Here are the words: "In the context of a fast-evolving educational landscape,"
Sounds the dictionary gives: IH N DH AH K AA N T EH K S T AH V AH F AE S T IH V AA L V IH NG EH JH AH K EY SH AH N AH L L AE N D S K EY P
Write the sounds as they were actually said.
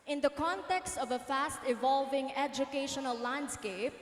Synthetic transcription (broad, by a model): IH N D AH K AA N T EH K S T AH V AH F AE S T IH V AA L V IH NG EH JH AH K EY SH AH N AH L L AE N D S K EY P